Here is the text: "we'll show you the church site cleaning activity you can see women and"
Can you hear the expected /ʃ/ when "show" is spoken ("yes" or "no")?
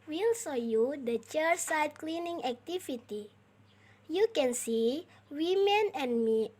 no